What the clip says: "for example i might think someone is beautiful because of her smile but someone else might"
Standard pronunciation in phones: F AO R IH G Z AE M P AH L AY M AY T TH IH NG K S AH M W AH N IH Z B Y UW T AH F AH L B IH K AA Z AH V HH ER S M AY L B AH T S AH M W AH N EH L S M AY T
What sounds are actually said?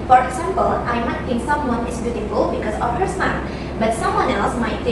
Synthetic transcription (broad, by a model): F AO R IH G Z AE M P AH L AY M AY T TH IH NG K S AH M W AH N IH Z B Y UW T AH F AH L B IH K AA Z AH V HH ER S AY N B AH T S AH M W AH N EH L S M AY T